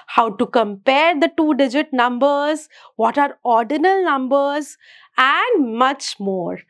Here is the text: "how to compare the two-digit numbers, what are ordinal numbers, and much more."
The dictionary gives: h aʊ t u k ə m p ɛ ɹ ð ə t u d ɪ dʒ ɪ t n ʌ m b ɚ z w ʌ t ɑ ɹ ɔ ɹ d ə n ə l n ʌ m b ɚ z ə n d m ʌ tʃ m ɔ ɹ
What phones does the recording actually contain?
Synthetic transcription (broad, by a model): h aʊ t u k ə m p ɛ ɹ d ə t u d ɪ dʒ ɪ t n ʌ m b ɚ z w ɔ t ɑ ɹ ɔ ɹ d ə n ə l n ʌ m b ɚ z ə n d m ʌ tʃ m ɔ ɹ